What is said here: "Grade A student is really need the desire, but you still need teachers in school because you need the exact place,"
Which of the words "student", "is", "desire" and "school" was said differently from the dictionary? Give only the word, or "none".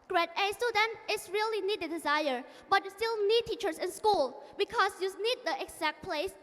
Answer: is